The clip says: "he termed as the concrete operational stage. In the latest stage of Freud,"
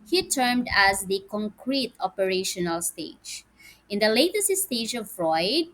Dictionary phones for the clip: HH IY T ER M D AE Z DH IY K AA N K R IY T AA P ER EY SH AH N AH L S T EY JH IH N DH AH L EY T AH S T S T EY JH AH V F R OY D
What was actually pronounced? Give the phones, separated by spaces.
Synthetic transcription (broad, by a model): HH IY T ER M D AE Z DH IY K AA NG K R IY T AA P ER EY SH AH N AH L S T EY JH IH N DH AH L EY T AH S T S T EY JH AH V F R OY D